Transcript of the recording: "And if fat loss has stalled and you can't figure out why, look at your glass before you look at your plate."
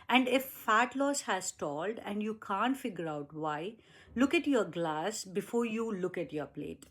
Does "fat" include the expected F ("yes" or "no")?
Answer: yes